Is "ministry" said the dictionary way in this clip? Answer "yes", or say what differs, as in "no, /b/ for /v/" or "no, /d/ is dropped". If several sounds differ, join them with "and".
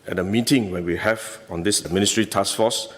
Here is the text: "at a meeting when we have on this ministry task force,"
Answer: yes